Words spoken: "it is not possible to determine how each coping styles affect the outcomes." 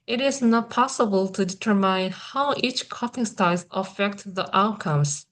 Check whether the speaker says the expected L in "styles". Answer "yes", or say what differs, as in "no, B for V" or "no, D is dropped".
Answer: no, L is dropped